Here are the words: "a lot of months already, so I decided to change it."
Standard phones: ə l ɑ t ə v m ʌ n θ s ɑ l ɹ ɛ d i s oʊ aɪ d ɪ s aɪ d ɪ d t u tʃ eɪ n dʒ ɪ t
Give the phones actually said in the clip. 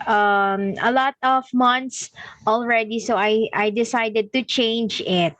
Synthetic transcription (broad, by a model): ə l ɑ t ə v m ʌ n t s ɑ l ɹ ɛ d i s oʊ aɪ d ɪ s aɪ d ɪ d t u tʃ eɪ n dʒ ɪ t